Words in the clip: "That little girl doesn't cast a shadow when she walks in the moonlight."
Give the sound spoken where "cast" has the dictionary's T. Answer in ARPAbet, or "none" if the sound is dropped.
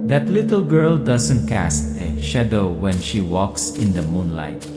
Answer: T